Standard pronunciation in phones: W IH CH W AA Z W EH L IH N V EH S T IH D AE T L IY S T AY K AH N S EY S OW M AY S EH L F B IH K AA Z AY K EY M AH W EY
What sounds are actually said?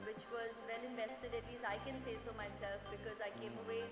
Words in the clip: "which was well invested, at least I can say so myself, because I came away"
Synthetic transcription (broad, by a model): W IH CH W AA Z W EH L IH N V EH S T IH D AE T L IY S AY K AH N S EY S OW M AY S EH L F B IH K AA Z AY K EY M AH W EY